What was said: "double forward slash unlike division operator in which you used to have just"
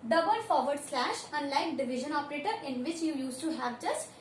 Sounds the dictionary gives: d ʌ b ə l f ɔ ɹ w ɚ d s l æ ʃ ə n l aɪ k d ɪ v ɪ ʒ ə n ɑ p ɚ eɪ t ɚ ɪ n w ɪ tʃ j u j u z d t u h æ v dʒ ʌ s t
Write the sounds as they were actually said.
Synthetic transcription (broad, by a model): d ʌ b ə l f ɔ ɹ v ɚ d s l æ ʃ ə n l aɪ k d ɪ v ɪ ʒ ə n ɑ p ɚ eɪ t ɚ ɪ n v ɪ tʃ j u j u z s t u h æ v dʒ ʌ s t